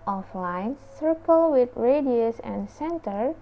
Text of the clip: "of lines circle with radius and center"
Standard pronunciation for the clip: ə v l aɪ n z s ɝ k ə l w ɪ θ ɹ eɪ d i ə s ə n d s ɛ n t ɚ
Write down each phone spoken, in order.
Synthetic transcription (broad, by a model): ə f l aɪ n s ɝ k ə l w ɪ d ɹ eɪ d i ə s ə n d s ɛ n t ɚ